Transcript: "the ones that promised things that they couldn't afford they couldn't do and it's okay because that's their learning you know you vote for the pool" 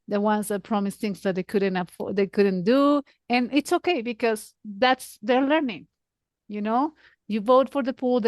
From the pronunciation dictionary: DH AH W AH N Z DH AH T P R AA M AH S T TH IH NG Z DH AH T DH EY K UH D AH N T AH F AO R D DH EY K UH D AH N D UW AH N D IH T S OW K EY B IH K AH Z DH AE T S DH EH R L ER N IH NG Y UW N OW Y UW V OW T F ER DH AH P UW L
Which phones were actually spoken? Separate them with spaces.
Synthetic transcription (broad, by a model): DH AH W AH N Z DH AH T P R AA M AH S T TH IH NG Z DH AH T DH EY K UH D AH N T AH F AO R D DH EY K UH D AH N D UW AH N IH T S OW K EY B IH K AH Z DH AE T S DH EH R L ER N IH NG Y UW N OW Y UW V OW T F ER DH AH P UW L